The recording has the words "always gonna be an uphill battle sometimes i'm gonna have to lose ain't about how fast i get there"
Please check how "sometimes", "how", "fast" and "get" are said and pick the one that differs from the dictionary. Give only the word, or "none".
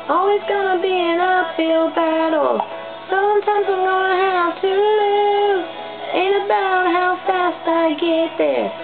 none